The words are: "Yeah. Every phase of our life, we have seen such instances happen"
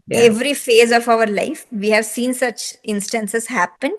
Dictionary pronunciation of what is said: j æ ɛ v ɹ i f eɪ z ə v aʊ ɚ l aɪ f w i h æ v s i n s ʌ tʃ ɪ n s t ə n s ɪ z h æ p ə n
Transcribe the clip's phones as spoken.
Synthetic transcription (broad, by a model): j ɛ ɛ v ɹ i f eɪ z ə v aʊ ɚ l aɪ f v i h æ v s i n s ʌ tʃ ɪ n s t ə n s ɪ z h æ p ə n